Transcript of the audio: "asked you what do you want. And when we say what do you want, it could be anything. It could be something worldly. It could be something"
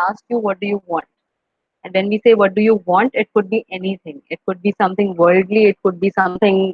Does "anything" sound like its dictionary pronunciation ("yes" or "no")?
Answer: no